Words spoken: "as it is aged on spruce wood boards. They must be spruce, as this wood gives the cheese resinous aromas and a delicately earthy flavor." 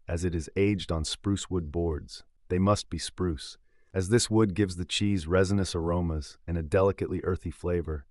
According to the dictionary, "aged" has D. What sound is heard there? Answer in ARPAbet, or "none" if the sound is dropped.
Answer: D